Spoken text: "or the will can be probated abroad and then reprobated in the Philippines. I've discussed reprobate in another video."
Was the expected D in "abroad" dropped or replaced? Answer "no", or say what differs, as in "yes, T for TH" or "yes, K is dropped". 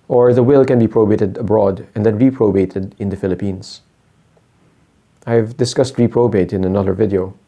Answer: no